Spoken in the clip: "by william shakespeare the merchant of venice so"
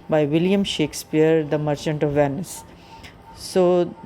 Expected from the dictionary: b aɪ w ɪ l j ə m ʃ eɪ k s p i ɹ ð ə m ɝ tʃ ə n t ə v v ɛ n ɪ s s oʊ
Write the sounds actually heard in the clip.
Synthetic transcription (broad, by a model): b aɪ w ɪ l j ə m ʃ eɪ k s p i ɹ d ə m ɝ tʃ ə n t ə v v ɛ n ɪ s s oʊ